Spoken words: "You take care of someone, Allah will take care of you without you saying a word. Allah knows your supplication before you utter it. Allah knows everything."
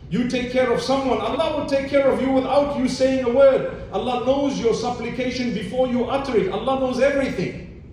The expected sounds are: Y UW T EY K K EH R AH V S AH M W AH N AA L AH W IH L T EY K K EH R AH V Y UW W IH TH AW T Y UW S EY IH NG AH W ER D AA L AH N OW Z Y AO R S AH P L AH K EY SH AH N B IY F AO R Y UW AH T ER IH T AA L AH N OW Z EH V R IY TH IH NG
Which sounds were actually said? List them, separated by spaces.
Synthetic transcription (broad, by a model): Y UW T EY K K EH R AH V S AH M W AH N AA L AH W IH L T EY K K EH R AH V Y UW W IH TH AW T Y UW S EY IH NG AH W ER D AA L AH N OW Z Y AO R S AH P L AH K EY SH AH N B IY F AO R Y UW AH T ER IH T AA L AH N OW Z EH V R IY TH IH NG